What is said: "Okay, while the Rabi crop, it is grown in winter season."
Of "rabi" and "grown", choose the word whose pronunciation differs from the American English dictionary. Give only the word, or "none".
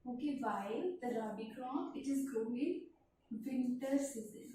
grown